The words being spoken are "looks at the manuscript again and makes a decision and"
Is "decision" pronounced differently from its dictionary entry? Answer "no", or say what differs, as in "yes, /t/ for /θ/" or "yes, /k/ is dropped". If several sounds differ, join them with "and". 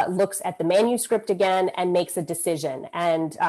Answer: no